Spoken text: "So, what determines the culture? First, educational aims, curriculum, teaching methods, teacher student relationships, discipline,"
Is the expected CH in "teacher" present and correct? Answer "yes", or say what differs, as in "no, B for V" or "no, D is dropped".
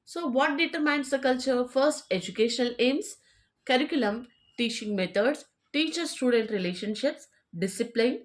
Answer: yes